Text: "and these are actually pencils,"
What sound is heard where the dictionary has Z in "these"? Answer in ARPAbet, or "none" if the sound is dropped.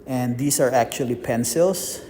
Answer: S